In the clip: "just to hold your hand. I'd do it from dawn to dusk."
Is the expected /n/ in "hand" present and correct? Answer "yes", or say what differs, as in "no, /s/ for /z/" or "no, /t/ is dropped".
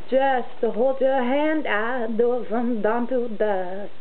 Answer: yes